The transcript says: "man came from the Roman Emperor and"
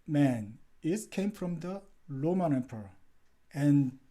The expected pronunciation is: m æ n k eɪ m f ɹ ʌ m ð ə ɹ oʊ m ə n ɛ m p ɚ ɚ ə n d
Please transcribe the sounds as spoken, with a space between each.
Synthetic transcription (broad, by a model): m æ n k eɪ m f ɹ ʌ m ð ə l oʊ m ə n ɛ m p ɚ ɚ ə n